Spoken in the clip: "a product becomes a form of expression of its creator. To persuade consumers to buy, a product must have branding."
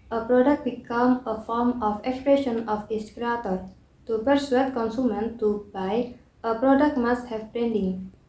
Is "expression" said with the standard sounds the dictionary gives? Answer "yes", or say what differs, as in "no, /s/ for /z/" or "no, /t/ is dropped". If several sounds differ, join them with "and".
yes